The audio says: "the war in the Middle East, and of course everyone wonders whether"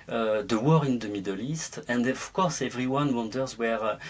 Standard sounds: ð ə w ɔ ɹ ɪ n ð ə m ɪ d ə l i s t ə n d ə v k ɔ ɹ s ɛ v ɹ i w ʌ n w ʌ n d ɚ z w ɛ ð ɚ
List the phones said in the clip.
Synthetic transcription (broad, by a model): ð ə w ɔ ɹ ɪ n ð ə m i d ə l i s t ə n d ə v k ɔ ɹ s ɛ v ɹ i w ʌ n w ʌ n d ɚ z w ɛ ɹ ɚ